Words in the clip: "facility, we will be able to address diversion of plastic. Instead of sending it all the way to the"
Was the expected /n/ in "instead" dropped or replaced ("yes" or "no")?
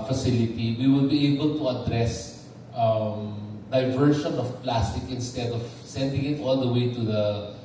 no